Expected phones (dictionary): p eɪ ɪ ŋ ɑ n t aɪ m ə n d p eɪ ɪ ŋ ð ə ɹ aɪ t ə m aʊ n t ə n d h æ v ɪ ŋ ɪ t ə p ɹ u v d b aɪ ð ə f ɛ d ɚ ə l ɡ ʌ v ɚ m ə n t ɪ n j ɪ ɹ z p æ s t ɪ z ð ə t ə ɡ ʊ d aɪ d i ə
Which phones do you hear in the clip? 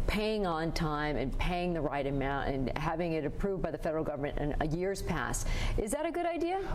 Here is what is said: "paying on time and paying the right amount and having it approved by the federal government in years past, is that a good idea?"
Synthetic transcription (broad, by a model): p eɪ ɪ ŋ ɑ n t aɪ m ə n p eɪ ɪ ŋ ð ə ɹ aɪ t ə m aʊ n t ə n h æ v ɪ ŋ ɪ t ə p ɹ u v d b aɪ ð ə f ɛ d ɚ l ɡ ʌ v ɚ m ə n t ɪ n j ɪ ɹ z p æ s t ɪ z ð ə t ə ɡ ʊ d aɪ d i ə